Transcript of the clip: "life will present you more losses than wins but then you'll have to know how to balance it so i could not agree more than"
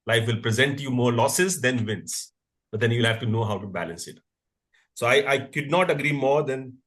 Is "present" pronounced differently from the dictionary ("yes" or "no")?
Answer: no